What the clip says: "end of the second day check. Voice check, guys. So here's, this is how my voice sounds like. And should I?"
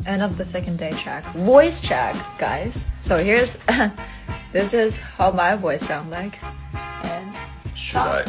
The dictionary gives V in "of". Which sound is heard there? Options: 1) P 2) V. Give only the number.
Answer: 1